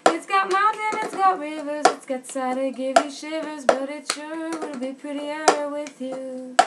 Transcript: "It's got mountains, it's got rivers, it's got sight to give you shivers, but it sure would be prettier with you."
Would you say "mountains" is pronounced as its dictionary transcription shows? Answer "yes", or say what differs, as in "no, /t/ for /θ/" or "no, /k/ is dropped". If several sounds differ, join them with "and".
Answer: no, /z/ is dropped